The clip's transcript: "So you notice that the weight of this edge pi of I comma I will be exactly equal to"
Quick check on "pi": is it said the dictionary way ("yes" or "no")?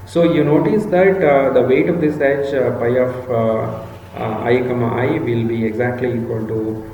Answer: yes